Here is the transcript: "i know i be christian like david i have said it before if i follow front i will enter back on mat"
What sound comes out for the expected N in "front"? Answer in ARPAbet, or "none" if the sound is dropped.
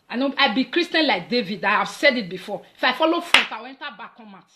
none